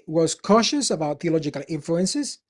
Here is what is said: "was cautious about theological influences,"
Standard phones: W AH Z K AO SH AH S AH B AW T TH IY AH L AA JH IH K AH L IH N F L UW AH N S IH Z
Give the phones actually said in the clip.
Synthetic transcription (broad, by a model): W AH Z K AO SH AH S AH B AW T TH IY AH L AA JH IH K AH L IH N F L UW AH N S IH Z